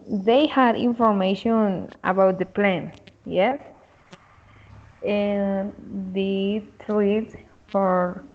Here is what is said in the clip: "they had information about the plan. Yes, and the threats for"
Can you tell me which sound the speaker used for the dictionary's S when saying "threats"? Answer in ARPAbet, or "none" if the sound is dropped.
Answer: none